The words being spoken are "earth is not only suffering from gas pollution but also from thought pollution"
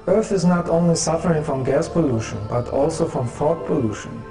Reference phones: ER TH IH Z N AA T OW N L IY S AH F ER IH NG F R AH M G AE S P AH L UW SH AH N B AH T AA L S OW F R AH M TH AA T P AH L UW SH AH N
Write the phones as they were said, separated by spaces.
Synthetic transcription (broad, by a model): ER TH IH Z N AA T OW N L IY S AH F ER IH NG F R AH M G AE S P AH L UW SH AH N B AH T AA L S OW F R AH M F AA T P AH L UW SH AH N